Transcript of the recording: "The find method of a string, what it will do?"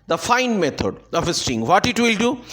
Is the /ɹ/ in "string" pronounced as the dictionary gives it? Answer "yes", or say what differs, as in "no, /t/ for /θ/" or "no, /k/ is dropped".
no, /ɹ/ is dropped